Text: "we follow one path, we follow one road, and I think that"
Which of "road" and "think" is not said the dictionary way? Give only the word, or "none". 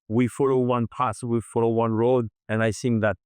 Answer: think